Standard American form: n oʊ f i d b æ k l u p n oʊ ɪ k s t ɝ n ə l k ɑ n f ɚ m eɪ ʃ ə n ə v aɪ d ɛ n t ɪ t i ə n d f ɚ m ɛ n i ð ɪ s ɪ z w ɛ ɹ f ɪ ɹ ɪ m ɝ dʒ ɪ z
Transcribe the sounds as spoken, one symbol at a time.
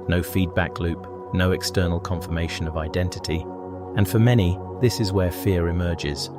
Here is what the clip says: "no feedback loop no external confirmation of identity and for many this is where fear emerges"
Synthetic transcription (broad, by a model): n oʊ f i d b æ k l u p n oʊ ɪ k s t ɝ n l k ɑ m f ɚ m eɪ ʃ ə n ə v aɪ d ɛ n t ɪ t i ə n f ɚ m ɛ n i ð ɪ s ɪ z w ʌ ɹ f ɪ ɹ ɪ m ɝ dʒ ɪ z